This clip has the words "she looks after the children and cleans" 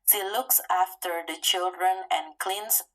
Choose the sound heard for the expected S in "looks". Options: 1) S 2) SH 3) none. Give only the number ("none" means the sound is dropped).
1